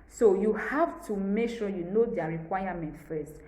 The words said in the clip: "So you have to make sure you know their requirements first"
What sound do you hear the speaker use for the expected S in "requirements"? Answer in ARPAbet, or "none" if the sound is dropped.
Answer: none